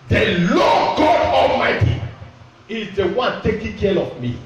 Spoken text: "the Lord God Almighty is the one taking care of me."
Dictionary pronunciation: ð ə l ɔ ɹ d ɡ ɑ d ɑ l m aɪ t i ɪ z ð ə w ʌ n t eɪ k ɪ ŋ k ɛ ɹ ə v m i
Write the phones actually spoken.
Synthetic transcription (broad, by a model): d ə l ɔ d ɡ ɑ d ɑ l m aɪ t i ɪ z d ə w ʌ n t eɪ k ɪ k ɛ l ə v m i